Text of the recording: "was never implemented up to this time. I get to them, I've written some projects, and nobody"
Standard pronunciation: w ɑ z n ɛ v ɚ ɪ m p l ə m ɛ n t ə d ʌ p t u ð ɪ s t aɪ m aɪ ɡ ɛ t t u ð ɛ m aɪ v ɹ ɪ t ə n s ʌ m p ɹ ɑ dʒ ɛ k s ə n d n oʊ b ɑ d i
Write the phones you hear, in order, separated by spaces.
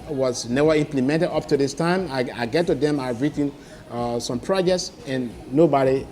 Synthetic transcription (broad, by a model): w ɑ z n ɛ v ɚ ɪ m p l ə m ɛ n t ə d ʌ p t u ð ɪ s t aɪ m aɪ ɡ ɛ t t u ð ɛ m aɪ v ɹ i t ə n s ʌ m p ɹ ɑ dʒ ɛ k s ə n n oʊ b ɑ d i